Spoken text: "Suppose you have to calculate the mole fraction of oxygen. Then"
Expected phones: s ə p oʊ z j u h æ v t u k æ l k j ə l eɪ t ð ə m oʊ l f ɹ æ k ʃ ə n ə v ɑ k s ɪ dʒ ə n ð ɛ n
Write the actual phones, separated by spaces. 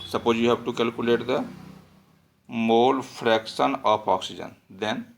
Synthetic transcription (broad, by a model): s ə p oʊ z j u h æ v t u k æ l k j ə l eɪ t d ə m oʊ l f ɹ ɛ k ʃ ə n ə p ɑ k s ɪ dʒ ə n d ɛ n